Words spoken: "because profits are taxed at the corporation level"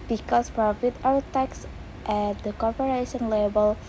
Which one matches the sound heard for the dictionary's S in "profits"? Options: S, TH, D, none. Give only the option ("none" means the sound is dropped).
none